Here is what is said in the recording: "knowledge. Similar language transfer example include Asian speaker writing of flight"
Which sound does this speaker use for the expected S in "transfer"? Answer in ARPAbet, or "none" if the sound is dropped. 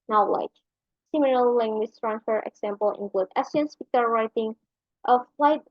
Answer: none